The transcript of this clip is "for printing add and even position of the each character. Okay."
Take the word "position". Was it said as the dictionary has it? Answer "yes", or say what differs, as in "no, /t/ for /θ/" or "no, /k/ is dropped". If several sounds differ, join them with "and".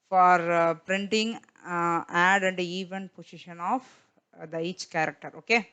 no, /s/ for /z/